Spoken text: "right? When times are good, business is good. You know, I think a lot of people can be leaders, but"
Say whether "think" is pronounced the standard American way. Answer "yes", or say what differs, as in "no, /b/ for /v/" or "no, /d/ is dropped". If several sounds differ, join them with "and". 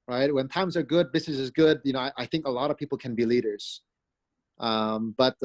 yes